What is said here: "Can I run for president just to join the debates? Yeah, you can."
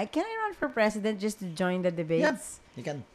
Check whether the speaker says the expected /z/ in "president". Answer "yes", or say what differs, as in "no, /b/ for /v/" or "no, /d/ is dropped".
no, /s/ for /z/